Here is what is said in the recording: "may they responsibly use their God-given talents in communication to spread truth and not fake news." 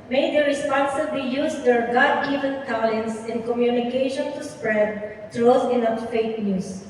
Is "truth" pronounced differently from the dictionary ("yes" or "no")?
yes